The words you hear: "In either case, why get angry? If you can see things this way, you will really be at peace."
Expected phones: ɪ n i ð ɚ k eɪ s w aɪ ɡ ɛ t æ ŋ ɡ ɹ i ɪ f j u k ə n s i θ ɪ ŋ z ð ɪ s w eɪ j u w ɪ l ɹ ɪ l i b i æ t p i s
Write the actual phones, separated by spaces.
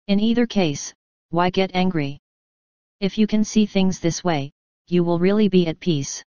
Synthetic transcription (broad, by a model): ɪ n i ð ɚ k eɪ s w aɪ ɡ ɛ t æ ŋ ɡ ɹ i ɪ f j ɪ k ə n s i θ ɪ ŋ z ð ɪ s w eɪ j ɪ w ɪ l ɹ ɪ l i b i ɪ t p i s